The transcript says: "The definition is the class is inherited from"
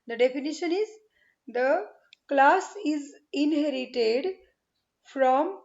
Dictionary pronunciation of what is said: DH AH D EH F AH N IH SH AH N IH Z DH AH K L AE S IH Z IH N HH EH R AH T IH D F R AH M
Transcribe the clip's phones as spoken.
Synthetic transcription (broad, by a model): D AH D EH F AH N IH SH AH N IH Z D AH K L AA S IH Z IH N HH EH R AH T IH D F R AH M